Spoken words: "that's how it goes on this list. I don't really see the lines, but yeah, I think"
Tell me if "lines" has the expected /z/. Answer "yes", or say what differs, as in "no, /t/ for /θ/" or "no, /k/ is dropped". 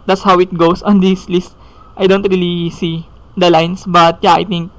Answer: no, /s/ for /z/